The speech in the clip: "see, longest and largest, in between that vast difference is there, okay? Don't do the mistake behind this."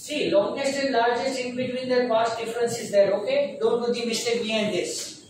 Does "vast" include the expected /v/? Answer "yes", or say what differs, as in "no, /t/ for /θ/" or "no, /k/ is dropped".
no, /p/ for /v/